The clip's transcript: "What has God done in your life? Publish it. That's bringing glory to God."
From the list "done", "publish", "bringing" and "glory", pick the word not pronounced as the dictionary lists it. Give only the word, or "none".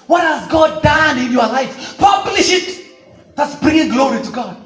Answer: none